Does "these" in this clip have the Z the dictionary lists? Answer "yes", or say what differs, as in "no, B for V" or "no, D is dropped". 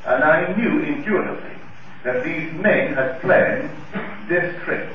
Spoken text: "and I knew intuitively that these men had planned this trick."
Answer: yes